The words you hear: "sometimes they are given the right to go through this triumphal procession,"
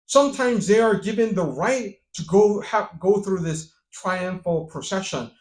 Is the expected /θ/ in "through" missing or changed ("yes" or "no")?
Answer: no